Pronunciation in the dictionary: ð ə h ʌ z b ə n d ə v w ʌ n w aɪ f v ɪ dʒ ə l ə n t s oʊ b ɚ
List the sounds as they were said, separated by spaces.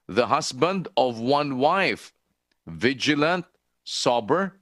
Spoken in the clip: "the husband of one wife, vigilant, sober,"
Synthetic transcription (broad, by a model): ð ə h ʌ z b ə n d ə v w ʌ n w aɪ f v ɪ dʒ ə l ə n t s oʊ b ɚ